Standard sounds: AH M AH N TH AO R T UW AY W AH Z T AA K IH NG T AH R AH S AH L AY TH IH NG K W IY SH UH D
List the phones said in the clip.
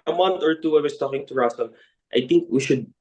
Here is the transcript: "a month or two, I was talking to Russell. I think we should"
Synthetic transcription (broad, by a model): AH M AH N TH AO R T UW AY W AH S T AA K IH NG T AH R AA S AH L AY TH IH NG K W IY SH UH D